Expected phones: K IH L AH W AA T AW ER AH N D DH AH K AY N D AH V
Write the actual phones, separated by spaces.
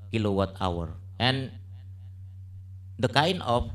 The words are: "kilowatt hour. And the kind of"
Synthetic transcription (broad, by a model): K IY L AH W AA T AW ER AH N D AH K AY N AH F